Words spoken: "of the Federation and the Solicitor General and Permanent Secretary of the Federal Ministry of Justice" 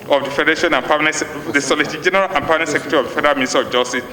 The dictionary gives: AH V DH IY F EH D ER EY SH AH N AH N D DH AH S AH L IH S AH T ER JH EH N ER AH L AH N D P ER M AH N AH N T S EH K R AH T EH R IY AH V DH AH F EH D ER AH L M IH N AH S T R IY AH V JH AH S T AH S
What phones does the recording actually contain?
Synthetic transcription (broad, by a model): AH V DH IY F EH D ER EY SH AH N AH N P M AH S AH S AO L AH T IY JH EH N ER AH L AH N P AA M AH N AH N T S EH K R AH T EH R IY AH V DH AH F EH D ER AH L M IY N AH S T IY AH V JH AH S T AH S